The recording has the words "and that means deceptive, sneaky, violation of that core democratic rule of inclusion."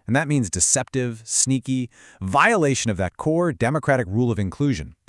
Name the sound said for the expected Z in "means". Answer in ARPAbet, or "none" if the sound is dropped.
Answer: Z